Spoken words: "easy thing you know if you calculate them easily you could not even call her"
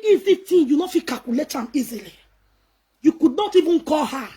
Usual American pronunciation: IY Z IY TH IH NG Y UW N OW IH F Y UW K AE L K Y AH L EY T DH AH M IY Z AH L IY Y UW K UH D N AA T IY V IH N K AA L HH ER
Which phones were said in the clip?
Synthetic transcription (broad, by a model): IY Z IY T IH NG Y UW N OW IH F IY K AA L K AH L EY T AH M IY Z AH L IY Y UW K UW D N AA T IY V IH N K AA L HH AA